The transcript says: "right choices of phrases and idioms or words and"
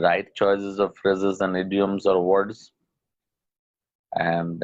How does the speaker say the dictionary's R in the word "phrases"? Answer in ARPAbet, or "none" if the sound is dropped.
R